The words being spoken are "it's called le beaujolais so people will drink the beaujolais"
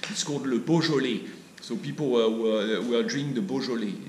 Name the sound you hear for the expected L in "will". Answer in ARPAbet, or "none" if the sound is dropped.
W